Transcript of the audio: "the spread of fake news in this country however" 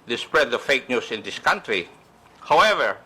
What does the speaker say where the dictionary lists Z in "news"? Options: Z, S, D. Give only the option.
S